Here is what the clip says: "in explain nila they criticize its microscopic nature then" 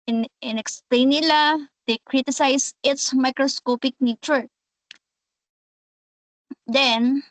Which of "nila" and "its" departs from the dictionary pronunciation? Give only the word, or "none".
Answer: none